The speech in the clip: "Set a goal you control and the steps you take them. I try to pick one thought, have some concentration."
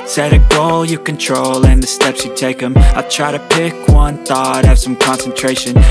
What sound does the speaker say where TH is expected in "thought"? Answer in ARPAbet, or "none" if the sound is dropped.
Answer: TH